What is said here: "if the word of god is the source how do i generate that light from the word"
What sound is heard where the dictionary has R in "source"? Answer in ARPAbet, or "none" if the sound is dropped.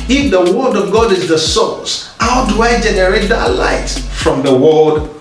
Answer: L